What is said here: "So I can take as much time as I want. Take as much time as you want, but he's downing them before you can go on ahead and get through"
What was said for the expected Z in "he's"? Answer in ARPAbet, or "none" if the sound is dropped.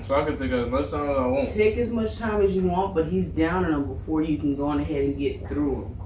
Z